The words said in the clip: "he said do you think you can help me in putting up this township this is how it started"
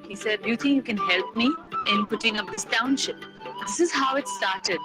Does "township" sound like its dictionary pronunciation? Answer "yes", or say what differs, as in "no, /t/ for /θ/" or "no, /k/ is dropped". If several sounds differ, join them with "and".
yes